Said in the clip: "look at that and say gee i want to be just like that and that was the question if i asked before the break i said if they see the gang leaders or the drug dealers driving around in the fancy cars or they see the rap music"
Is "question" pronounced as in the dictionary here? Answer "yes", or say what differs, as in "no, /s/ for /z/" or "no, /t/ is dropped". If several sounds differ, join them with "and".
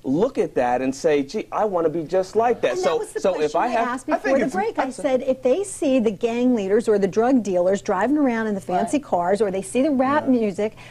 no, /ʃ/ is dropped and /n/ is dropped